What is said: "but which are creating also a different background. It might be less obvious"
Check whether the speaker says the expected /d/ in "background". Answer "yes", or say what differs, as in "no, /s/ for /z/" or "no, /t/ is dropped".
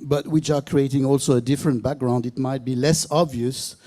yes